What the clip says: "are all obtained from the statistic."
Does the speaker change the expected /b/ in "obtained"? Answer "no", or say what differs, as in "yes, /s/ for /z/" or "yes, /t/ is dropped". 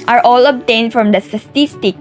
no